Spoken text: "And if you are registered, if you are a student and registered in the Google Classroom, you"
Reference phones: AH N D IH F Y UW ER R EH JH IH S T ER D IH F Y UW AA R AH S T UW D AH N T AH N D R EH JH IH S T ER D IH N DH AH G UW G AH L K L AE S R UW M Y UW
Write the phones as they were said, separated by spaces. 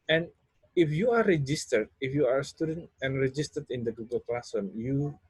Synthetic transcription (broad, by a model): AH N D IH F Y UW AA R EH JH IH S T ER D IH F Y UW AA R AH S T UW D AH N T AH N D R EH JH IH S T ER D IH N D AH G UW G AH L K L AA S AH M Y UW